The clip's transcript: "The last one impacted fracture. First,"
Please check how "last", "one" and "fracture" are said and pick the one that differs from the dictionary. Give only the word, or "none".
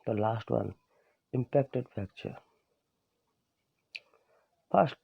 fracture